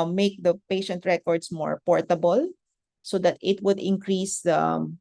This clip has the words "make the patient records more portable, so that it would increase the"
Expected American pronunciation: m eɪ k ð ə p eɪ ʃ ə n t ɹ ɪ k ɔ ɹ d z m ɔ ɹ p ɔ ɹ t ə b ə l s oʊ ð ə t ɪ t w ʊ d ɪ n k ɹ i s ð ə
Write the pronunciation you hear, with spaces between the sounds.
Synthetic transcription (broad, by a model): m eɪ k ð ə p eɪ ʃ ə n t ɹ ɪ k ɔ ɹ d s m ɔ ɹ p ɔ ɹ t ə b ə l s oʊ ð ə t ɪ t w ʊ d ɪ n k ɹ i s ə